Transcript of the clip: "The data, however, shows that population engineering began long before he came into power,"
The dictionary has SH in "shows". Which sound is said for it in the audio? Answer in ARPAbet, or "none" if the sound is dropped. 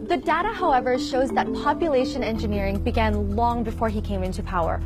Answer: SH